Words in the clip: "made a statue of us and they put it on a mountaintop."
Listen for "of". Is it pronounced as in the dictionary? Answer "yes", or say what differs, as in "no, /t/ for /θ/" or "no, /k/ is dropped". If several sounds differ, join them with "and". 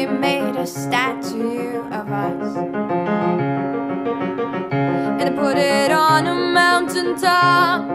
yes